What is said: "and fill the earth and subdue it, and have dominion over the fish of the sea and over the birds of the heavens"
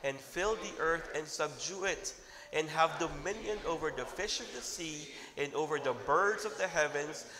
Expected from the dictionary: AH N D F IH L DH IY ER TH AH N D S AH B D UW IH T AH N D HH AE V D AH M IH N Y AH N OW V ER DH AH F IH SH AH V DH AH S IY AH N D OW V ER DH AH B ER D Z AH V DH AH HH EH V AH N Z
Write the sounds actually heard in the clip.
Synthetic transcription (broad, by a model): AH N F IH L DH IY ER TH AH N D S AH B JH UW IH T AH N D HH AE V D AH M IH N Y AH N OW V ER DH AH F IH SH AH V DH AH S IY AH N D OW V ER DH AH B ER D Z AH V DH AH HH EH V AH N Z